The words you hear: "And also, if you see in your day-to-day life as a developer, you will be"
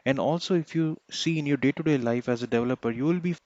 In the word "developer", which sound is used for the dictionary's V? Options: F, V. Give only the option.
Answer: V